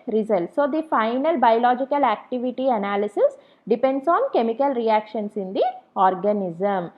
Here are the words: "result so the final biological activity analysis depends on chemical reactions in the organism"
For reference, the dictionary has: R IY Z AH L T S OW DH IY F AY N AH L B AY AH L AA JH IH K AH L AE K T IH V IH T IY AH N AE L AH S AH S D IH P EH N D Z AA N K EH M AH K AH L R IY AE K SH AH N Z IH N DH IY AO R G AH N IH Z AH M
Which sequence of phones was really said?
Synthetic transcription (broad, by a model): R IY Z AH L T S OW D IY F AY N AH L B AY AH L AA JH IH K AH L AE K T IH V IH T IY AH N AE L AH S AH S D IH P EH N D S AA N K EH M AH K AH L R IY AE K SH AH N S IH N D IY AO R G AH N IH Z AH M